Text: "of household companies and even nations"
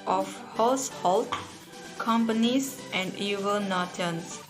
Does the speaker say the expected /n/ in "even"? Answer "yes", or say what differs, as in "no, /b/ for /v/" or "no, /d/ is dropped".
no, /l/ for /n/